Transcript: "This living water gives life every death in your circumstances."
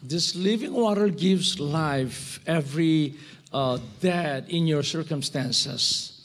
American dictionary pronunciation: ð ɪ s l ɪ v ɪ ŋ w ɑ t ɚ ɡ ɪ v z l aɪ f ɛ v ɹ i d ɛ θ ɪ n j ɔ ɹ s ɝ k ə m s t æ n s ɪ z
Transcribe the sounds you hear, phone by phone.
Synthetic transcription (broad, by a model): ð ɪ s l ɪ v ɪ ŋ w ɑ t ɚ ɡ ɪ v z l aɪ f ɛ v ɹ i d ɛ t ɪ n j ɔ ɹ s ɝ k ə m s t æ n s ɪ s